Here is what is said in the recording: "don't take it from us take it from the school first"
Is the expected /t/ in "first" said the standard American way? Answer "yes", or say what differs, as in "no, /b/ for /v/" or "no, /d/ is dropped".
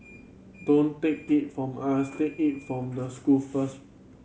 no, /t/ is dropped